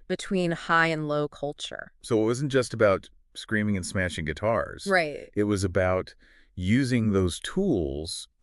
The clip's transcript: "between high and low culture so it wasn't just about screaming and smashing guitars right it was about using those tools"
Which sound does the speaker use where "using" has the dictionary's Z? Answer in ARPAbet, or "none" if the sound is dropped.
Z